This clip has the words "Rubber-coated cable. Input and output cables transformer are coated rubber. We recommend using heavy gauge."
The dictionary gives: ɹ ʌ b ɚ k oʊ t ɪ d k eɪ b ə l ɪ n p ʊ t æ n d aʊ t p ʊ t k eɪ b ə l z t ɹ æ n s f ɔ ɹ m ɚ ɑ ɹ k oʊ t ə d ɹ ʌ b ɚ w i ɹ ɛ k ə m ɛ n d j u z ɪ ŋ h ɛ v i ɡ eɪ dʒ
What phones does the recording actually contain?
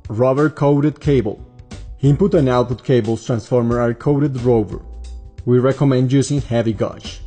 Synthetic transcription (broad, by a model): ɹ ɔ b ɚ k oʊ t ɪ d k eɪ b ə l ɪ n p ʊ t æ n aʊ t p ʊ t k eɪ b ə l s t ɹ æ n s f ɔ ɹ m ɚ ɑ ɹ k oʊ t ə d ɹ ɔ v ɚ w i ɹ ɛ k ə m ɛ n d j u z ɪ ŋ h ɛ v i ɡ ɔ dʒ